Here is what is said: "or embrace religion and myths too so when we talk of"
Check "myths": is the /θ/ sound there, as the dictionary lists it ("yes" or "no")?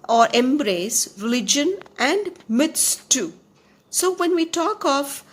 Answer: no